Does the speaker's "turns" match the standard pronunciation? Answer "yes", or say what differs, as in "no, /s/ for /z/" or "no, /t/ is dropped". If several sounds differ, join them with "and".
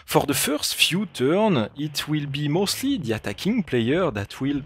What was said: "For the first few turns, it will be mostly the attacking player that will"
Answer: no, /z/ is dropped